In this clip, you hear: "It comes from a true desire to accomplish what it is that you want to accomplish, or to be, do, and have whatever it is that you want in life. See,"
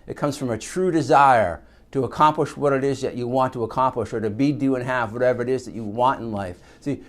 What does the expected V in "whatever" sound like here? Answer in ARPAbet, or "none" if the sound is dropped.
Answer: V